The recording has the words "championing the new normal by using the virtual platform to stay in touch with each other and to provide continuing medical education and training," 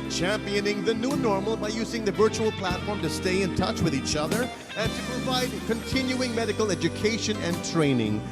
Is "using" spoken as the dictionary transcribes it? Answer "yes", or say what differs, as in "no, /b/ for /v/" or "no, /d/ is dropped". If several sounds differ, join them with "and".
yes